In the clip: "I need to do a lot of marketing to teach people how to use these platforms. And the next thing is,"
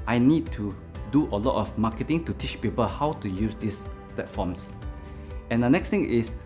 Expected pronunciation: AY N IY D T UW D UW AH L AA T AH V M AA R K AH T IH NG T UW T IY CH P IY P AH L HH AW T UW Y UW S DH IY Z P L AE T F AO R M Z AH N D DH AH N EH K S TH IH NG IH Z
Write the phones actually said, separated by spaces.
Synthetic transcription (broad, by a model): AY N IY D T UW D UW AH L AA T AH F M AA K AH T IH NG T UW T IY CH P IY P AH L HH AW T UW Y UW S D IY S P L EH T F AO M S AH N D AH N EH K S T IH NG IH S